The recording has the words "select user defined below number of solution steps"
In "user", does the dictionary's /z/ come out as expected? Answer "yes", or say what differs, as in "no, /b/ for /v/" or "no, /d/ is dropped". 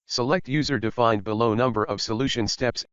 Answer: yes